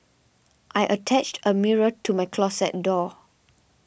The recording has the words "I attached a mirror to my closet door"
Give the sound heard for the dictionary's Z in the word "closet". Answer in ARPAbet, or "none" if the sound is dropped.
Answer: S